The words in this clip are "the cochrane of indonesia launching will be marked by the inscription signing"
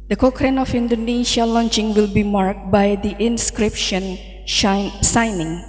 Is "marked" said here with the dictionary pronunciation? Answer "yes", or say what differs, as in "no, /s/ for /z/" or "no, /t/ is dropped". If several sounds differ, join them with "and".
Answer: yes